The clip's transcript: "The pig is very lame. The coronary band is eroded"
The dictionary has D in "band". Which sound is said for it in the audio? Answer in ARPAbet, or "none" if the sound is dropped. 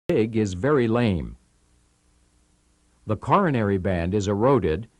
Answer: D